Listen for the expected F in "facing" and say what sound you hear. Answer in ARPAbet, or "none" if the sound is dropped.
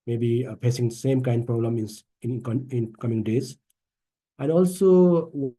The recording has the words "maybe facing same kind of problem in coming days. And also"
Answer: P